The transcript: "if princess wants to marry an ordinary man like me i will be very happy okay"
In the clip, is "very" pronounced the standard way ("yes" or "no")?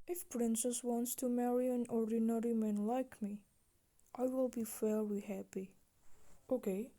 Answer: no